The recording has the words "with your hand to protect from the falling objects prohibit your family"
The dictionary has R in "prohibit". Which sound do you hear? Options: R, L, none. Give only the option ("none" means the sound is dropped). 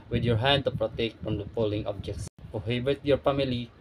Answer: none